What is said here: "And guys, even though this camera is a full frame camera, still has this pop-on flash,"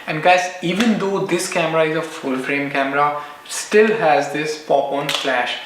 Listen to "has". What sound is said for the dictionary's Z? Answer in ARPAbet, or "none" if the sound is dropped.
Z